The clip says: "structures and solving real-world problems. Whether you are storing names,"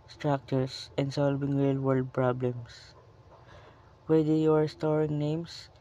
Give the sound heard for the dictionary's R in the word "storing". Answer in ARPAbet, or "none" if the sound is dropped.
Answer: R